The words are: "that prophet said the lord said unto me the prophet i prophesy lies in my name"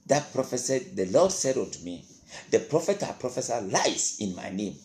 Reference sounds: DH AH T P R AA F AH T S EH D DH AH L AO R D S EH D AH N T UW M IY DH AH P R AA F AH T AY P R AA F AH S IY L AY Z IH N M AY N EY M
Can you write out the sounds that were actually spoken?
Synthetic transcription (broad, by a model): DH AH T P R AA F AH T S EH D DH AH L AO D S EH D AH T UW M IY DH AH P R AA F AH T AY P R AA F AH S IY L AY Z IH N M AY N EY M